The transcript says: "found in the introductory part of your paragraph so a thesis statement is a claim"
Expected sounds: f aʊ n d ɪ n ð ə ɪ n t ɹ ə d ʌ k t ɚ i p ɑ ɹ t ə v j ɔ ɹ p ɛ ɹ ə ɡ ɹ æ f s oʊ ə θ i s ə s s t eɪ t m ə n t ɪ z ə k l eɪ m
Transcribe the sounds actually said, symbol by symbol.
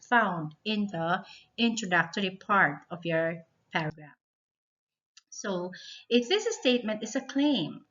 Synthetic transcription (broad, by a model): f aʊ n d ɪ n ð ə ɪ n t ɹ ə d ʌ k t ɚ i p ɑ ɹ t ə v j ɔ ɹ p ɛ ɹ ə ɡ ɹ æ f s oʊ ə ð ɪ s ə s s t eɪ t m ə n t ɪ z ə k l eɪ m